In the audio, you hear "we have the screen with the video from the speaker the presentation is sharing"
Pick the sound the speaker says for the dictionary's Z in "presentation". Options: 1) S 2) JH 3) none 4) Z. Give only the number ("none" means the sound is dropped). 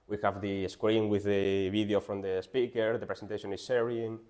1